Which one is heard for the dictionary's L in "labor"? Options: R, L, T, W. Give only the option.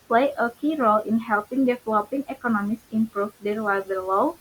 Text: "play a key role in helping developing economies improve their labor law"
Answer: W